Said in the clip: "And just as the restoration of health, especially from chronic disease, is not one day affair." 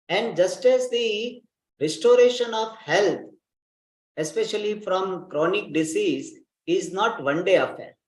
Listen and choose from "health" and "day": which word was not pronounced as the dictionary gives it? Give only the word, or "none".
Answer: health